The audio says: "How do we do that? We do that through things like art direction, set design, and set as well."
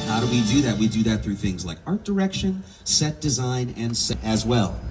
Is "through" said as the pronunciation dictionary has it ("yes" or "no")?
yes